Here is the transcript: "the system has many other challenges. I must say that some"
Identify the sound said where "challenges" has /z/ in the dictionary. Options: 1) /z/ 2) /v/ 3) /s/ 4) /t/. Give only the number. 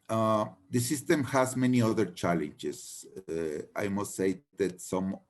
3